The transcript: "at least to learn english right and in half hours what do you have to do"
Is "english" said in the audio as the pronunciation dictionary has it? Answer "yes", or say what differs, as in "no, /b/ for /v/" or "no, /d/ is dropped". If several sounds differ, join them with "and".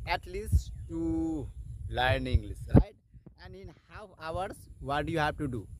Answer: no, /s/ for /ʃ/